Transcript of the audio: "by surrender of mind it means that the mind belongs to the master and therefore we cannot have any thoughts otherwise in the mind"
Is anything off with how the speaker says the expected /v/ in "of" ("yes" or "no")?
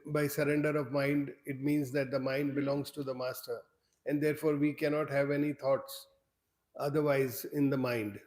no